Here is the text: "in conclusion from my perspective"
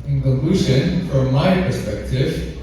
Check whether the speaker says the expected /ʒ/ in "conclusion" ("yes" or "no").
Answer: no